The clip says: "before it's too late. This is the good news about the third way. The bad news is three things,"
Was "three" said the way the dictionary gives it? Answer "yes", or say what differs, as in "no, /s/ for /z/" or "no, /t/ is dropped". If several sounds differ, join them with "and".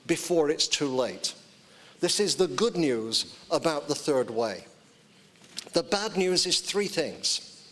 yes